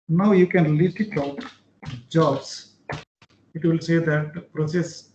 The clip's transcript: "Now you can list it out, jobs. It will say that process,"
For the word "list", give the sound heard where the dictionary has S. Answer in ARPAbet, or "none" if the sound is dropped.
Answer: none